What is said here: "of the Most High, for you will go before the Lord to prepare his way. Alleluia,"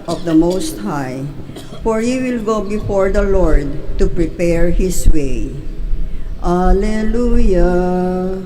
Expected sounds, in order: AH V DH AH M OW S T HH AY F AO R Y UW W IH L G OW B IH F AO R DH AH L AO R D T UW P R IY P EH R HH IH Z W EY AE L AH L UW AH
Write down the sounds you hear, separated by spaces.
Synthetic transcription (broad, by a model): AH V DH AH M OW S T HH AY F AO R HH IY W IH L G OW B IH F AO R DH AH L AO R D T UW P R IY P EH R HH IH S W EY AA L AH L UW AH